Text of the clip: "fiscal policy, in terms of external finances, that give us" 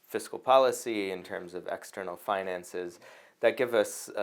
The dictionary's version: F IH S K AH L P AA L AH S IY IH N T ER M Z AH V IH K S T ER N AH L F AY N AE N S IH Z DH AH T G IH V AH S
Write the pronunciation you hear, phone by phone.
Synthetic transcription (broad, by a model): F IH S K L P AA L AH S IY IH N T ER M Z AH V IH K S T ER N L F AY N AE N S IH Z DH AH T G IH V AH S